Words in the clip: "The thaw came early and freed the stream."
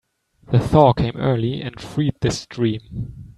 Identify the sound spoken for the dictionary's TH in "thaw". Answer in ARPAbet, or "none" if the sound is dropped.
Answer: TH